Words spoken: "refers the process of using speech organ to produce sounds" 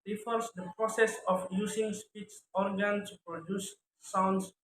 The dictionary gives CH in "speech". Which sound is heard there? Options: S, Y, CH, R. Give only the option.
S